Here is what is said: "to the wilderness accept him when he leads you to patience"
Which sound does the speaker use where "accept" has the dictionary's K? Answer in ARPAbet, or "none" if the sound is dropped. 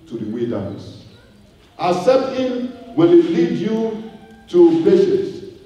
none